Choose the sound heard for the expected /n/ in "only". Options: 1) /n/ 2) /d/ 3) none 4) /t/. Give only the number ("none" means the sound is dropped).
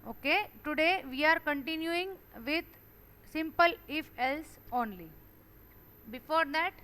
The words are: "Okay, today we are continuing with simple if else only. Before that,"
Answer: 1